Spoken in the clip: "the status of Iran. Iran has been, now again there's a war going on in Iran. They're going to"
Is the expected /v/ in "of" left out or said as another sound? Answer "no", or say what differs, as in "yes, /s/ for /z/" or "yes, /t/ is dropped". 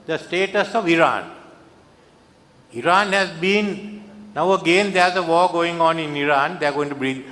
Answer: no